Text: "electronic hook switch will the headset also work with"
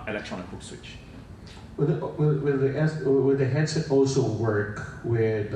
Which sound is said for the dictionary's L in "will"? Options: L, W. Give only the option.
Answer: W